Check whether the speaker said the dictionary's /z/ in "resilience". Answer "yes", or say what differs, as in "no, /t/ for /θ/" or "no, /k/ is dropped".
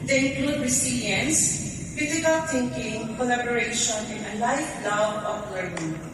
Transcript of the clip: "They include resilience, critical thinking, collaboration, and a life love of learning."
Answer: no, /s/ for /z/